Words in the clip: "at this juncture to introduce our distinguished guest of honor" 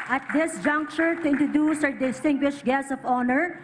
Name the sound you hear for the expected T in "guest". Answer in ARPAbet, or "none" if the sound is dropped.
none